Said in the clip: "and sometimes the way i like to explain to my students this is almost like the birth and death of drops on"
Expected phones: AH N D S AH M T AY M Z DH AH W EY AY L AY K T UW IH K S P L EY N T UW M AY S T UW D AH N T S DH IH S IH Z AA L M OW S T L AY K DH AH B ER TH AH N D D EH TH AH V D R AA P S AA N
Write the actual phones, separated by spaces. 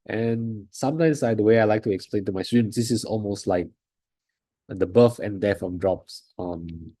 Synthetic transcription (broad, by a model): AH N S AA M T AY M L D AH W EY AY L AY K T UW IH K S P L EY N T UW M AY S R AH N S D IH S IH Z AA L M OW S T L AY K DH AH B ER F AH N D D EH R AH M D R AA P S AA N